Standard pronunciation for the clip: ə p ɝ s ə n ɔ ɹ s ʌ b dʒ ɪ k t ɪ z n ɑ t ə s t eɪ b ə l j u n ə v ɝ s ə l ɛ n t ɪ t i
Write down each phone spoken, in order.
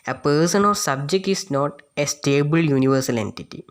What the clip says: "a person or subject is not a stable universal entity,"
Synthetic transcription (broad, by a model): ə p ɝ s ə n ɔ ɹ s ʌ b dʒ ɪ k t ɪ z n ɑ t ə s t eɪ b ə l j u n ə v ɝ s ə l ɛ n t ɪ t i